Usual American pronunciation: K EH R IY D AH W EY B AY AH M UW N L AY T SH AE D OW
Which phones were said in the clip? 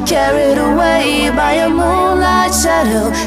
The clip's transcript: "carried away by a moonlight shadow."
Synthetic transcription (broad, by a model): K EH R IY D AH W EY B AY AH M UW L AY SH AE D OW